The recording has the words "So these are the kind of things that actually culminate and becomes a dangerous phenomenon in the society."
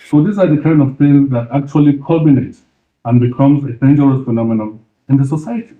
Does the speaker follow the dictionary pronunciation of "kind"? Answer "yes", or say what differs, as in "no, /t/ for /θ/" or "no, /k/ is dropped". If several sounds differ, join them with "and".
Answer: no, /d/ is dropped